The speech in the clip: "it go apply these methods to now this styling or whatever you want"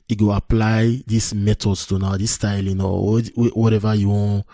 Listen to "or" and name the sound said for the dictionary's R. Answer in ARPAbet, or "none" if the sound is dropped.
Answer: W